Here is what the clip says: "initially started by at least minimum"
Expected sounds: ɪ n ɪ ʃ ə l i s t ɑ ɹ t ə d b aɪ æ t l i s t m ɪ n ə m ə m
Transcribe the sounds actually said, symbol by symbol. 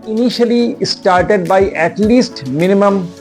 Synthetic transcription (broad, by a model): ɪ n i ʃ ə l i s t ɑ ɹ t ə d b aɪ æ t l i s t m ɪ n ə m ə m